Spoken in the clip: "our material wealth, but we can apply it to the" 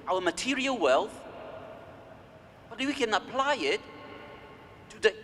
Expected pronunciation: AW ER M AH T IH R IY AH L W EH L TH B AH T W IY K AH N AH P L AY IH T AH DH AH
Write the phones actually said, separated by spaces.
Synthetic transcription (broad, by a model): AW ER M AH T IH R IY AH L W EH L TH B AH T W IY K AH N AH P L AY IH T AH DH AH